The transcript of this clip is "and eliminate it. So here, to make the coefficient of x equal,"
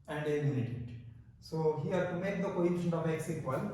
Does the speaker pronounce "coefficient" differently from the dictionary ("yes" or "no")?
yes